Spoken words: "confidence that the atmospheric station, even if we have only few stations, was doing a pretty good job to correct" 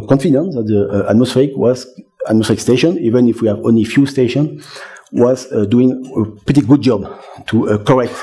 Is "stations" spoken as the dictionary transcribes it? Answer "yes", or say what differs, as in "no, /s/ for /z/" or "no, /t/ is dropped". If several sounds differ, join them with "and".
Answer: no, /z/ is dropped